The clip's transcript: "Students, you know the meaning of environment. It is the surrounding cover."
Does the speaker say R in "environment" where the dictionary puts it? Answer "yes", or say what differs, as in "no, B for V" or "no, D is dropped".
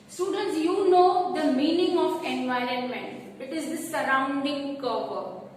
yes